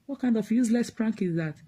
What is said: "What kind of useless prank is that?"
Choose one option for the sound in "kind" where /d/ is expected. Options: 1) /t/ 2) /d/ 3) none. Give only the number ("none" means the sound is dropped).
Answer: 2